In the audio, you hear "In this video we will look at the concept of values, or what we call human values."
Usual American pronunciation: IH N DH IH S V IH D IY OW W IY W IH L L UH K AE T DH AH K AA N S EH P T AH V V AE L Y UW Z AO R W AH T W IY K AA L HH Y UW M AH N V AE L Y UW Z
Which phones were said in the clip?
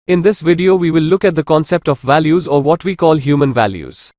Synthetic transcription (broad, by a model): IH N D IH S V IH D IY OW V IY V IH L L UH K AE T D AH K AA N S EH P T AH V V AE L Y UW Z AO R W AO T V IY K AA L HH Y UW M AH N V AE L Y UW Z